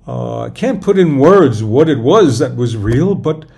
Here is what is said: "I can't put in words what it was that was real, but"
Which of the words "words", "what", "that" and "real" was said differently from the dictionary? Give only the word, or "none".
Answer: none